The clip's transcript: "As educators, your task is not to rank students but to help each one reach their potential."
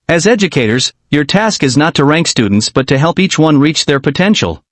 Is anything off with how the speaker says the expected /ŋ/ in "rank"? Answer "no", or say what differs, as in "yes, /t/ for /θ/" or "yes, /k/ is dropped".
no